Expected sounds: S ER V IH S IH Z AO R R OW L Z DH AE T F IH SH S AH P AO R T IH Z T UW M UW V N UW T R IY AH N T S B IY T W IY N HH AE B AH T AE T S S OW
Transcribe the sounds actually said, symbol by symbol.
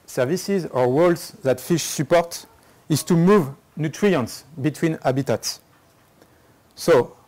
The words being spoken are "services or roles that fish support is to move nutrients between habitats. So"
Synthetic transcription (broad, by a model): S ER V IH S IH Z AO R W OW L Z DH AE T F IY SH S AH P AO R T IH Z T UW M UW V N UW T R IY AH N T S B IY T W IY N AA B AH T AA T S S OW